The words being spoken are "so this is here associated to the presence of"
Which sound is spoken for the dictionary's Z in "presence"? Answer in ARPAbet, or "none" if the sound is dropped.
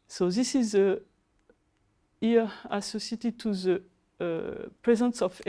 Z